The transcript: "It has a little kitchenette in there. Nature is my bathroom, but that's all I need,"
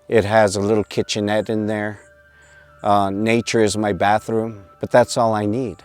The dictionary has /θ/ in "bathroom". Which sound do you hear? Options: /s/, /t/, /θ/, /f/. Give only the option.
/θ/